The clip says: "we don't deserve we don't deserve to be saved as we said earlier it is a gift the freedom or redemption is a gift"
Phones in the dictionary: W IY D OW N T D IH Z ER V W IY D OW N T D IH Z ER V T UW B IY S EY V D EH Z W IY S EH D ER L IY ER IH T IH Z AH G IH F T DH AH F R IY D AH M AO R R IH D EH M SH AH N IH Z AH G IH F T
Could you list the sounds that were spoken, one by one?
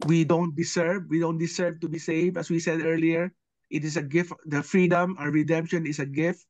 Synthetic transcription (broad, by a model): W IY D OW N T D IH S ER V W IY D OW N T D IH S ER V T UW B IY S EY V AH S W IY S EH D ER L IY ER IH T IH S AH G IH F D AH F R IY D AH M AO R R IH D EH M SH AH N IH S AH G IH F T